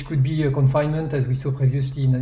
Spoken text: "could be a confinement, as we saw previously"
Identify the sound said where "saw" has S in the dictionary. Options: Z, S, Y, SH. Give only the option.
S